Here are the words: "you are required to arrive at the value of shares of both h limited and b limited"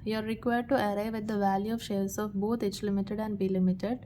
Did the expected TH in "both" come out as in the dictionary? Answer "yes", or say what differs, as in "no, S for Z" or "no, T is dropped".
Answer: no, T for TH